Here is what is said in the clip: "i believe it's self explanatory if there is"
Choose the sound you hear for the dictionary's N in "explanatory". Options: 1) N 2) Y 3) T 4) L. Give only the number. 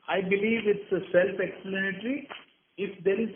4